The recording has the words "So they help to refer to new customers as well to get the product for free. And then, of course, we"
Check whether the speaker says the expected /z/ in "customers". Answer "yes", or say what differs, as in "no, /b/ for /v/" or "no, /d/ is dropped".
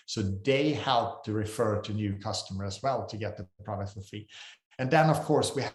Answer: no, /z/ is dropped